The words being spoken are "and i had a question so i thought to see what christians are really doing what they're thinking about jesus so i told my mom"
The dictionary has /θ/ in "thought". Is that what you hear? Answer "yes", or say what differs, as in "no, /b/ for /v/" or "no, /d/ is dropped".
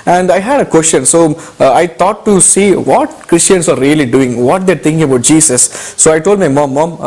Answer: no, /t/ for /θ/